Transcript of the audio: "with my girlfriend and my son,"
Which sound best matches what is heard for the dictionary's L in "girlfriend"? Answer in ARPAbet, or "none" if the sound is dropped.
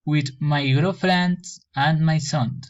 none